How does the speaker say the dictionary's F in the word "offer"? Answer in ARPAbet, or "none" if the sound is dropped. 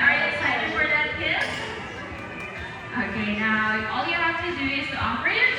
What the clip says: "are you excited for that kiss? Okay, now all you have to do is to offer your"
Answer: P